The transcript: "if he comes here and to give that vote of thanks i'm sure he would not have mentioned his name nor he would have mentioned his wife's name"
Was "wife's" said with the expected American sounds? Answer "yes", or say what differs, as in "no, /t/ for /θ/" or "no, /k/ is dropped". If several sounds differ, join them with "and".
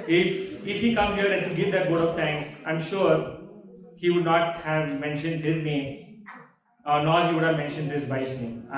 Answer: no, /f/ is dropped